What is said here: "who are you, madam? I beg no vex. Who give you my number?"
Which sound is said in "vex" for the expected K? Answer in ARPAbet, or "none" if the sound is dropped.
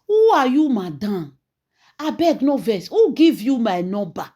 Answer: none